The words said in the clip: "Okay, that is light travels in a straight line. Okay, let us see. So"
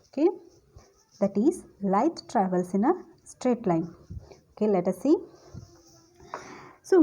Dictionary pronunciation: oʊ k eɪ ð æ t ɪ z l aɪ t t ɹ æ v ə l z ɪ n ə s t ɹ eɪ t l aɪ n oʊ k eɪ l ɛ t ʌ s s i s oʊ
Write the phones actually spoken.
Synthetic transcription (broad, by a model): oʊ k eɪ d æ t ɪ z l aɪ t t ɹ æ v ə l s ɪ n ə s t ɹ eɪ t l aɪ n oʊ k eɪ l ɛ t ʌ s s i s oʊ